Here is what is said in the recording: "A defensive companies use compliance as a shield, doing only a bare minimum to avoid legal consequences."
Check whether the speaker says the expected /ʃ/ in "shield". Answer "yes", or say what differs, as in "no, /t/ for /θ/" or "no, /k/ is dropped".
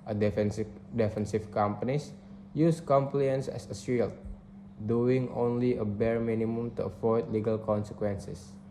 no, /s/ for /ʃ/